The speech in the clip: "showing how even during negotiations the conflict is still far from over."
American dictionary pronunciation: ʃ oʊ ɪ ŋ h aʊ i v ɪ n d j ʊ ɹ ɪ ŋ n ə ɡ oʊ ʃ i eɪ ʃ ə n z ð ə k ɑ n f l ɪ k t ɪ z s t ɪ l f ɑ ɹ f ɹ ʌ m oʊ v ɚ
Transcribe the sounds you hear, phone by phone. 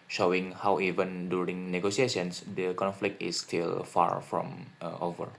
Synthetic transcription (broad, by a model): ʃ oʊ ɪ ŋ h aʊ i v ɪ n d j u ɹ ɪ ŋ n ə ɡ oʊ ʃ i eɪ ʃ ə n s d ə k ɑ n f l ɪ k t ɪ s t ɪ l f ɑ ɹ f ɹ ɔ m oʊ v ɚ